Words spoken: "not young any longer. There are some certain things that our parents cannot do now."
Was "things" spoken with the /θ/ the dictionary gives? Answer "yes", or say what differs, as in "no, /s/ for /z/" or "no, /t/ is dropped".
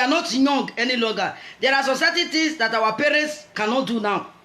no, /t/ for /θ/